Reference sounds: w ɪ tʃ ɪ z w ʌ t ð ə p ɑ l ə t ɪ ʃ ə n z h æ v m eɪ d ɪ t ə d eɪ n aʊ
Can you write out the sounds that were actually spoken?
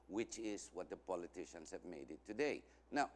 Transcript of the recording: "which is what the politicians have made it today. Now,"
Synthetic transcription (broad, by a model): w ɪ tʃ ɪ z w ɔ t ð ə p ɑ l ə t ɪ ʃ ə n s h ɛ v m eɪ d ɪ t ə d eɪ n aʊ